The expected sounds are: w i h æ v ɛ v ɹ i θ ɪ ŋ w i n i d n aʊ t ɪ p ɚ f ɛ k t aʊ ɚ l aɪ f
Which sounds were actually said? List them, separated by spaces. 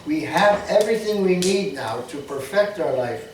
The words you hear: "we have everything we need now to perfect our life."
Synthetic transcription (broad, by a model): w i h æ v ɛ v ɹ i θ ɪ ŋ w i n i d n aʊ t ɪ p ɚ f ɛ k t aʊ ɚ l aɪ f